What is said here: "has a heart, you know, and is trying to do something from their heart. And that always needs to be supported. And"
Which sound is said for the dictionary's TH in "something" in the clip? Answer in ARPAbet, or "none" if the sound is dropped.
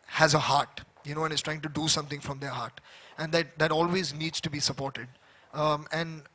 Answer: T